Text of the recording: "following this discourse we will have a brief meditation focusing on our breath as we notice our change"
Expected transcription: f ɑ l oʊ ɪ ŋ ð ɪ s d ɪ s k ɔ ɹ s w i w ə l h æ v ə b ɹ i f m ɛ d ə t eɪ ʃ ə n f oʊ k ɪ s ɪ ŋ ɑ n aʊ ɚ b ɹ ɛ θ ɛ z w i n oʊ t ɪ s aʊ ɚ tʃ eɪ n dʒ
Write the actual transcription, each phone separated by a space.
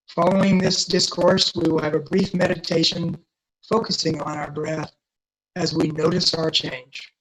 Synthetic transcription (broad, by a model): f ɑ l oʊ ɪ ŋ ð ɪ s d ɪ s k ɔ ɹ s w i w ə l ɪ v ə b ɹ i f m ɛ d ə t eɪ ʃ ə n f oʊ k ɪ s ɪ ŋ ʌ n aʊ ɚ b ɹ ɛ θ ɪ z w i n oʊ t ɪ s aʊ ɚ tʃ eɪ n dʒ